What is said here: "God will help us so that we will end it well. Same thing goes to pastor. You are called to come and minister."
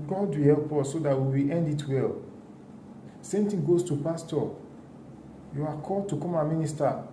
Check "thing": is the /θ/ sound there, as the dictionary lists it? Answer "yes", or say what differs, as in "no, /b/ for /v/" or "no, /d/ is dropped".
no, /t/ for /θ/